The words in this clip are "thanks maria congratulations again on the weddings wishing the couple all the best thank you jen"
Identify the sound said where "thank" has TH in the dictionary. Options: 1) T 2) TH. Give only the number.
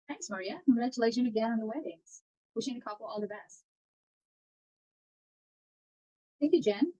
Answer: 2